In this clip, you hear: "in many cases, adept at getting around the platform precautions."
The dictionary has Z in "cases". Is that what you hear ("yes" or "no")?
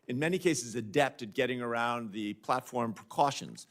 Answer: yes